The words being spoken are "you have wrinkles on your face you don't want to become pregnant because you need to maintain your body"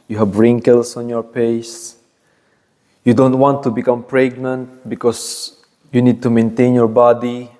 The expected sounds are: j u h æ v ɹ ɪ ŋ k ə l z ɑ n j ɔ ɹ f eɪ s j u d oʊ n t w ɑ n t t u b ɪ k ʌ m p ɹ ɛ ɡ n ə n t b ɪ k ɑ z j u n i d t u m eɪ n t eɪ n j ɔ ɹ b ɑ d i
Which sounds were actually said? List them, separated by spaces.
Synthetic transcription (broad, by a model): j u h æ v ɹ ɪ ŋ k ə l s ɑ n j ɔ ɹ p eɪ s j u d oʊ n t w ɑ n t t u b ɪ k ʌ m p ɹ ɛ ɡ n ə n t b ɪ k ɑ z j u n i d t u m eɪ n t eɪ n j ɔ ɹ b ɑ d i